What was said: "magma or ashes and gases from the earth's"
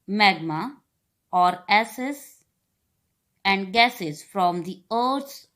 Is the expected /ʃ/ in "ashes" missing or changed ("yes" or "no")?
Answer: yes